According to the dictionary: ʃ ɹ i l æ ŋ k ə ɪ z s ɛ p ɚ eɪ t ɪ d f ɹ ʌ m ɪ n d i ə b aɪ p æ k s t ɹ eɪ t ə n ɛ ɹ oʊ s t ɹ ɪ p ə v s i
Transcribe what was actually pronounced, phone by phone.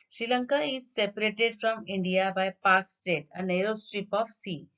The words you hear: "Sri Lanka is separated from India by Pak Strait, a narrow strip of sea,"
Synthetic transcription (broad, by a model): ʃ ɹ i l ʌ ŋ k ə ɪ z s ɛ p ɚ eɪ t ɪ d f ɹ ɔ m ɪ n d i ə b aɪ p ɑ k s t eɪ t ə n ɛ ɹ oʊ s t ɹ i p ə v s i